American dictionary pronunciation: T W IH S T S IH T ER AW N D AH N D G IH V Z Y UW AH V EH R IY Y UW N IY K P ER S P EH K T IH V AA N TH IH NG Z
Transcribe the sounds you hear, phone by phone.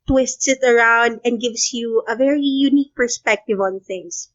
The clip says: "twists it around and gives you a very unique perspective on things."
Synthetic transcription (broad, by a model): T W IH S T S IH T ER AW N D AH N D G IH V S Y UW AH V EH R IY Y UW N IY K P ER S P EH K T IH V AA N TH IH NG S